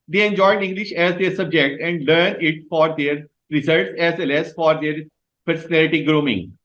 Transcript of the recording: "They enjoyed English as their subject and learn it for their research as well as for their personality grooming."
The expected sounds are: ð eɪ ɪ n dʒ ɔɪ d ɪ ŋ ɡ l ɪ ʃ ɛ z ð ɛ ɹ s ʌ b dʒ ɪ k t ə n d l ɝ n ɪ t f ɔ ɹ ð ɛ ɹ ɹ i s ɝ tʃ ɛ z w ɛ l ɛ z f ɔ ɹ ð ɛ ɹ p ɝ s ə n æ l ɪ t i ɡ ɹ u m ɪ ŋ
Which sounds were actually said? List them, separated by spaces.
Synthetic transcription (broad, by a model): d eɪ ɪ n dʒ ɔɪ d ɪ ŋ ɡ l ɪ ʃ ɛ z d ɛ ɹ s ʌ b dʒ ɪ k t ə n d l ɝ n ɪ t f ɔ ɹ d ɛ ɹ ɹ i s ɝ s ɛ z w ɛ l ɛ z f ɔ ɹ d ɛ ɹ p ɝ s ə n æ l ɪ t i ɡ ɹ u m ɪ ŋ